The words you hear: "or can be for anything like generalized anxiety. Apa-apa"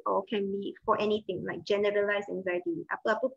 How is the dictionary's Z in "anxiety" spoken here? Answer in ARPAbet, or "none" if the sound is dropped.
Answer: Z